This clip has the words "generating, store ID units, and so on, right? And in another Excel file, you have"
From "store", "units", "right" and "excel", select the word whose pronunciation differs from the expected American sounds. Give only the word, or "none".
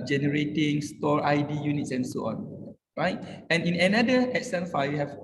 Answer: excel